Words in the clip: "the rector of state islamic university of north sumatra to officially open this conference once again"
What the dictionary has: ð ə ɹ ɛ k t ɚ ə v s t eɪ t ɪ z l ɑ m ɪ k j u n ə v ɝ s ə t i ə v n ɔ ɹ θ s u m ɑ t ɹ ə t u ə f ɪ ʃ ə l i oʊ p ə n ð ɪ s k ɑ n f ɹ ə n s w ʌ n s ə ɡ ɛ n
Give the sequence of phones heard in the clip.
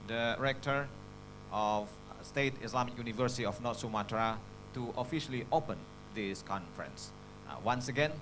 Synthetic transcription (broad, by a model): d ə ɹ ɛ k t ɚ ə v s t eɪ t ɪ s l ɑ m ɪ k j u n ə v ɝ s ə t i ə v n ɔ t s u m ɑ t ɹ ə t u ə f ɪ ʃ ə l i oʊ p ə n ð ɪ s k ɑ n f ɹ ə n s w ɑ n s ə ɡ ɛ n